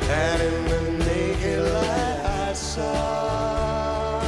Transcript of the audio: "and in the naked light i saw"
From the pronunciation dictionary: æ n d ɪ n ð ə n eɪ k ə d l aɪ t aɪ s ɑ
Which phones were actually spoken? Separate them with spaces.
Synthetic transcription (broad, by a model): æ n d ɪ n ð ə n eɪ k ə l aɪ aɪ s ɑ